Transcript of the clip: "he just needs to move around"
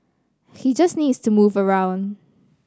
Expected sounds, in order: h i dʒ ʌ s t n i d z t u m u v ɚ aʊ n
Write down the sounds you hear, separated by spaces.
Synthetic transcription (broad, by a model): h i dʒ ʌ s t n i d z t u m u v ɚ aʊ n